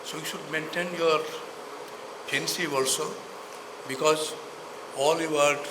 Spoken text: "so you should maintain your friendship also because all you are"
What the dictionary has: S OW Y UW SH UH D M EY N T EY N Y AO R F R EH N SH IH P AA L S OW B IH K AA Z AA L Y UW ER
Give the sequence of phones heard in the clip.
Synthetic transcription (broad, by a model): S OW Y UW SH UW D M EY N T EY N Y AO R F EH N S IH AA L S OW B IH K AA Z AA L Y UW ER